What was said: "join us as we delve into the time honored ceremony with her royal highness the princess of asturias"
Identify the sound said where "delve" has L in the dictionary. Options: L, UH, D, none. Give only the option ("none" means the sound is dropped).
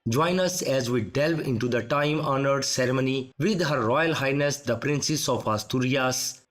L